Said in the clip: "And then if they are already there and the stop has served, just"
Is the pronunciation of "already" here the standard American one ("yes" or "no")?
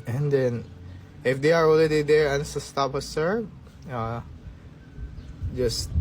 no